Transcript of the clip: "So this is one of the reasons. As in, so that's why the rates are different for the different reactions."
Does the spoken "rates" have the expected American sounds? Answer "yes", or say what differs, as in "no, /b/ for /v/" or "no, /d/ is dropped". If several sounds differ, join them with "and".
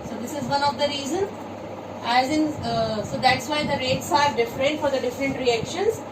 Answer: yes